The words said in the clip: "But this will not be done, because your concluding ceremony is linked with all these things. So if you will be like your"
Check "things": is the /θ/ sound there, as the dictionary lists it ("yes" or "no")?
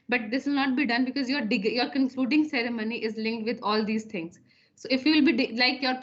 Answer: no